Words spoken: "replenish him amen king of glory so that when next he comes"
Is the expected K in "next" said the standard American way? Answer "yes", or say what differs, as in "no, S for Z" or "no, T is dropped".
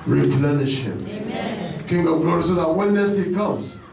no, K is dropped